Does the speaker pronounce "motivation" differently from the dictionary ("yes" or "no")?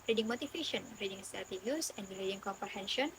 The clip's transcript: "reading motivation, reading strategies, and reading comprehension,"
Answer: yes